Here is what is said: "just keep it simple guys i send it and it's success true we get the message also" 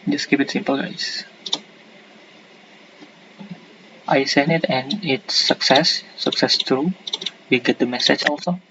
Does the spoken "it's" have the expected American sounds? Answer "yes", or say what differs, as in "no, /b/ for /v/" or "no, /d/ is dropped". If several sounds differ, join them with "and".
no, /s/ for /t/